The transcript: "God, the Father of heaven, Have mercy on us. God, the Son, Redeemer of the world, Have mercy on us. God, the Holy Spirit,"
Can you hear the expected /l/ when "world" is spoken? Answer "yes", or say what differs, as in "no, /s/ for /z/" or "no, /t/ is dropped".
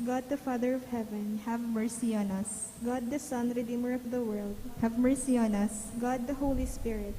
yes